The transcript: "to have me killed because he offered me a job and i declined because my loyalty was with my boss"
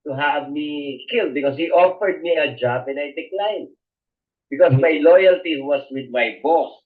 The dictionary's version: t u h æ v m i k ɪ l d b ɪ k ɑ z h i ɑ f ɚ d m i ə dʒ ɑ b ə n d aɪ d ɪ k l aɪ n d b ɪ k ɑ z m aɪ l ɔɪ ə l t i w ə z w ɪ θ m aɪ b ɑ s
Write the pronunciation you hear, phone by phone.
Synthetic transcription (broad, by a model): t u h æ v m i k ɪ l d b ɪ k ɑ s h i ɑ f ɚ d m i ə dʒ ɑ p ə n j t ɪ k l aɪ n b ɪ k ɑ s m aɪ l ɔɪ ə l t i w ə s w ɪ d m aɪ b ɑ s